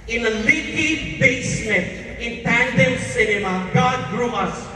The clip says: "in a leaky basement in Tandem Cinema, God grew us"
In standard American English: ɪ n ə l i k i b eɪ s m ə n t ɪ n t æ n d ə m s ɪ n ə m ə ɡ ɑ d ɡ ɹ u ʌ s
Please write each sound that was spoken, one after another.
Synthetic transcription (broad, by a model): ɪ n ə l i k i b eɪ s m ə t ɪ n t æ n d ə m s ɪ n ə m ə ɡ ɑ d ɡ ɹ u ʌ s